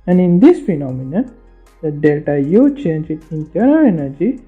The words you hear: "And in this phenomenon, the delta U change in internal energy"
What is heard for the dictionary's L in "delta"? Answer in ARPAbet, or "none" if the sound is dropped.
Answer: L